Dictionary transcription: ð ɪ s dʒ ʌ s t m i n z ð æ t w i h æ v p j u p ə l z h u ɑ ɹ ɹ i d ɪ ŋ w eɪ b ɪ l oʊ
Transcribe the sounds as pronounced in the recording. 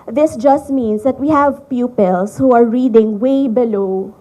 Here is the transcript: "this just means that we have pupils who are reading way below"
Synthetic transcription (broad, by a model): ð ɪ s dʒ ʌ s t m i n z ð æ t w i h æ v p j u p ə l s h u ɑ ɹ ɹ i d ɪ ŋ w eɪ b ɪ l oʊ